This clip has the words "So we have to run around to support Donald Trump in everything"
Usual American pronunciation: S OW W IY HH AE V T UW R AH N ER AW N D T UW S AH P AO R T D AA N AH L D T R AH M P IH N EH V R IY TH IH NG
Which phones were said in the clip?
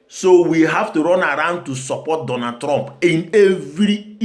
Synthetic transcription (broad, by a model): S OW W IY HH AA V T UW R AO N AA AW N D T UW S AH P AO T D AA N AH D T R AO M P IH N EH V R IY